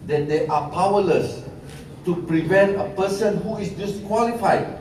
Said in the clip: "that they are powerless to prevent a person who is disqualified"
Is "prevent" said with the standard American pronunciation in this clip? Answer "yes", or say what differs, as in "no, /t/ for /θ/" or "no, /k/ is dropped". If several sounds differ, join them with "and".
yes